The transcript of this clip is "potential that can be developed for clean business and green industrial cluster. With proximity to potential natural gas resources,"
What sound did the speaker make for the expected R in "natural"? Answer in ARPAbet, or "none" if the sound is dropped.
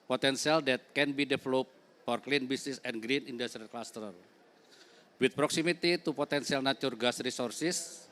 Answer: none